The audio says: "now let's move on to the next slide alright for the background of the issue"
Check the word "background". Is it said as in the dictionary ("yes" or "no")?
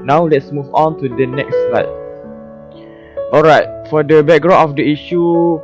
no